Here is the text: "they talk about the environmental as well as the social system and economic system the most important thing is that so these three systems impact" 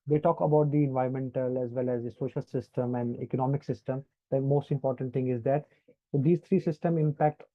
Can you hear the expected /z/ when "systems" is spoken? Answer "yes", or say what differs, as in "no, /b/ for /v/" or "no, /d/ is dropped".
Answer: no, /z/ is dropped